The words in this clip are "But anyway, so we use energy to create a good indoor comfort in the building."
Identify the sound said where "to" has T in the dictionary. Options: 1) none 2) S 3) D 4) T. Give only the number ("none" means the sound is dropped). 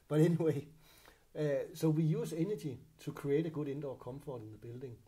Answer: 2